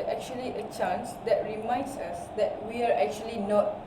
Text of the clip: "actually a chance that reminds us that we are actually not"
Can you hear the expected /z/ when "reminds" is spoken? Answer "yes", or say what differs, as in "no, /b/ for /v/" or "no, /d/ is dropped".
no, /s/ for /z/